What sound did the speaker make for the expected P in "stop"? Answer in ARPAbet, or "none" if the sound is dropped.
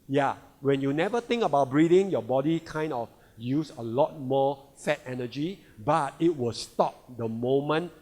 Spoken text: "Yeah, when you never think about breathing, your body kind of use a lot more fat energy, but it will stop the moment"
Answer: P